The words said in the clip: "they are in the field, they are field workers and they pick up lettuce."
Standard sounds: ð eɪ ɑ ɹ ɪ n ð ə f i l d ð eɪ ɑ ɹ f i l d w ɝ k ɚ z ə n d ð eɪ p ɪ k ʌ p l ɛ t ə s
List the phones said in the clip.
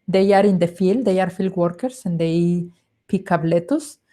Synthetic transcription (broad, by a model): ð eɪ ɑ ɹ ɪ n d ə f i l d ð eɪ ɑ ɹ f i l d w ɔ k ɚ s ə n d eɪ p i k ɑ b l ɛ t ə s